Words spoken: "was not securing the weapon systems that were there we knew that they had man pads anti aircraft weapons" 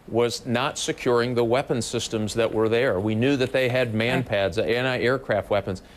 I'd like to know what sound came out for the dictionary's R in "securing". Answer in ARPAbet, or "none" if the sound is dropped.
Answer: R